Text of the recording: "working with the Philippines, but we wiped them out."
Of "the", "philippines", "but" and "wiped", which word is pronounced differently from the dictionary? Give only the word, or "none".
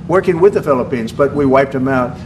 none